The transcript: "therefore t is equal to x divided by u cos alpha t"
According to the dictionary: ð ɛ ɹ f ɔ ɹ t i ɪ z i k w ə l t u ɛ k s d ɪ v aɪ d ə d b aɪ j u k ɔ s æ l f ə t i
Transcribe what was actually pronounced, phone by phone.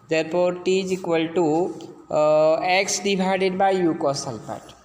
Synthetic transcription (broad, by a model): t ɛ ɹ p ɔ ɹ t i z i k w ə l t u ɛ k s d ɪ b aɪ d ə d b aɪ j u k ɔ s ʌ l p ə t